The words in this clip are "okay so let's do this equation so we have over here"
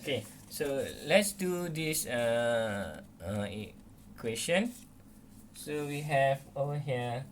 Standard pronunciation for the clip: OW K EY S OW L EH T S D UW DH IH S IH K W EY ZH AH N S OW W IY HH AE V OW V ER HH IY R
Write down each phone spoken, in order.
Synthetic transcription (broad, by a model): K EY S OW L EH T S D UW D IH S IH K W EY S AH N S OW W IY HH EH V OW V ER HH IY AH